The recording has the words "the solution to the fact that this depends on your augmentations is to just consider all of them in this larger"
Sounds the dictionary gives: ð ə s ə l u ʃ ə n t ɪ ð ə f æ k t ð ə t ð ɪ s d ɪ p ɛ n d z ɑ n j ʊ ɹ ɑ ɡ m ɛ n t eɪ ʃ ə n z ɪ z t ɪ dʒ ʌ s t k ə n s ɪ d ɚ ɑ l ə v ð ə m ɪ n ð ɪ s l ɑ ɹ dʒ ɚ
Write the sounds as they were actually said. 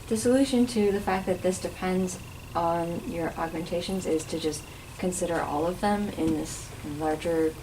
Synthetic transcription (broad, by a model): ð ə s ə l u ʃ ə n t ɪ ð ə f æ k ð ə t ð ɪ s d ɪ p ɛ n d z n j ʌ ɹ ɑ ɡ m ɛ n t eɪ ʃ ə n z ɪ z t ɪ dʒ ʌ s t k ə n s ɪ d ɚ ɑ l ə v ð ə m ɪ n ð ɪ s l ɑ ɹ dʒ ɚ